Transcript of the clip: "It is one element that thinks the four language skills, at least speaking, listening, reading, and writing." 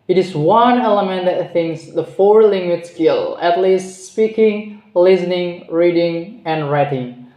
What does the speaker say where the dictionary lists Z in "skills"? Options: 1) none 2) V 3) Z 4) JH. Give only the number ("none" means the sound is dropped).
1